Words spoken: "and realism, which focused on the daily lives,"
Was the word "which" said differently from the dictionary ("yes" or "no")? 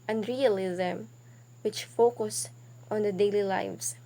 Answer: no